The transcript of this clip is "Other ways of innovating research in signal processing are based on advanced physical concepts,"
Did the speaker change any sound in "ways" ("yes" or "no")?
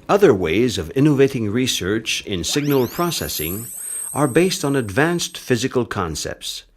no